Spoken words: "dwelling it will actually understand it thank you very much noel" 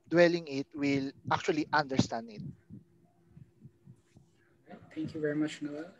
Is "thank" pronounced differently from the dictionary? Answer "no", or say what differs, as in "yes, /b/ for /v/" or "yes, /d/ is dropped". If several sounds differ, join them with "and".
yes, /t/ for /θ/